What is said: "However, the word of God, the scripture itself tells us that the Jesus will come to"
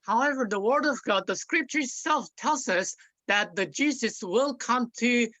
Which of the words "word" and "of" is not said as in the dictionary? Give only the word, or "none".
none